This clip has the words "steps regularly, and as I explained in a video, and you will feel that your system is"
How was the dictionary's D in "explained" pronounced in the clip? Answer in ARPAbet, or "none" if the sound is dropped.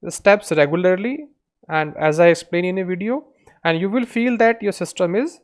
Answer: none